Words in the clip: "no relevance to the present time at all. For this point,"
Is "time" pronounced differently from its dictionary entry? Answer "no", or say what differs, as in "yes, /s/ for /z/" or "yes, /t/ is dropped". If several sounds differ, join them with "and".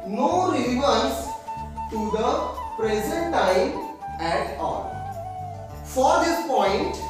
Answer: yes, /m/ is dropped